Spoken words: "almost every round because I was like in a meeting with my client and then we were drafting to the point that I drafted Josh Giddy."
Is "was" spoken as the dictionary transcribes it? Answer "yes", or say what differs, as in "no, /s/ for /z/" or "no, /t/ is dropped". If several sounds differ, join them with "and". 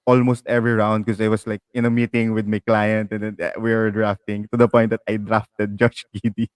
no, /s/ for /z/